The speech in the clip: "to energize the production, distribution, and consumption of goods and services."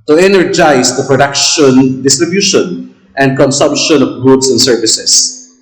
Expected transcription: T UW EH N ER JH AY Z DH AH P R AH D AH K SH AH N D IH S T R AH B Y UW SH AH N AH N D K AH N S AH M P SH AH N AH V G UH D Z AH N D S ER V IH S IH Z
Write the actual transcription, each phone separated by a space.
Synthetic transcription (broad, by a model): T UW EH N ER JH AY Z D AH P R AH D AH K SH AH N D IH S T R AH B Y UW SH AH N AH N D K AH N S AH M P SH AH N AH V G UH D S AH N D S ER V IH S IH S